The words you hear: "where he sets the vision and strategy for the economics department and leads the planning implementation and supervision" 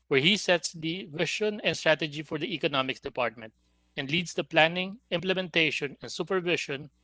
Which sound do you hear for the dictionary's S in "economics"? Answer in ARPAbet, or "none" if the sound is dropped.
none